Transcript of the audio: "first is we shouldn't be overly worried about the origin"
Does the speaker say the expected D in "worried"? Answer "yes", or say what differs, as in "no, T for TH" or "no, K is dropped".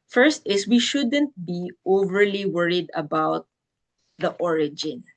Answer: yes